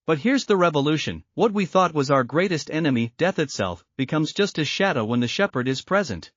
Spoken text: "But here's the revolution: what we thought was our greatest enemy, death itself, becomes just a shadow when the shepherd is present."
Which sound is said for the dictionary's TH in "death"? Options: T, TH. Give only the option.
TH